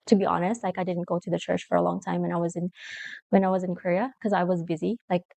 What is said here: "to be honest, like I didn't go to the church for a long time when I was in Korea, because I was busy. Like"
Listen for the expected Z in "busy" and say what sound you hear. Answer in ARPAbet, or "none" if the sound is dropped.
Z